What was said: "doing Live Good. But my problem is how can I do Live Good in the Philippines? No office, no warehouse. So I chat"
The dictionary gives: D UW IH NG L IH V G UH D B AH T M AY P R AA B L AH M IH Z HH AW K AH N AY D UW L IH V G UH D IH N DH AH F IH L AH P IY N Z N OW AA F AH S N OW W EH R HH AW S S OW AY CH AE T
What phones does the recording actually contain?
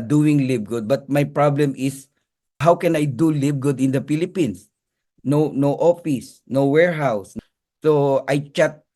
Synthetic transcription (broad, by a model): D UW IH NG L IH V G UH D B AH T M AY P R AA B L AH M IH S HH AW K AH N AY D UW L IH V G UH D IH N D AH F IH L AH P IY N S N OW AA F AH S N OW W EH R HH AW S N OW AY CH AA T